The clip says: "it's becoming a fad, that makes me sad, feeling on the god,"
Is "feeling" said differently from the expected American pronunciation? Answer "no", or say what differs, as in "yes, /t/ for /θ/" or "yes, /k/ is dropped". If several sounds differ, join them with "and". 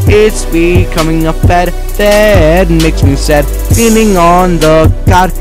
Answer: yes, /n/ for /l/